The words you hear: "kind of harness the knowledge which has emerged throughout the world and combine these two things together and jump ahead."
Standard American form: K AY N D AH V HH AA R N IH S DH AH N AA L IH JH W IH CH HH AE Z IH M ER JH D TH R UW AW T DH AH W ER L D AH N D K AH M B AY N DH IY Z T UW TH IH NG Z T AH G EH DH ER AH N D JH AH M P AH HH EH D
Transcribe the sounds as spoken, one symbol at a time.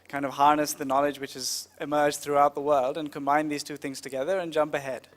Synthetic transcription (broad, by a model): K AY N D AH V HH AA R N IH S DH AH N AA L IH JH W IH CH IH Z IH M ER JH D TH R UW AW T DH AH W ER L D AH N K AH M B AY N DH IY Z T UW TH IH NG Z T AH G EH DH ER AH N JH AH M P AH HH EH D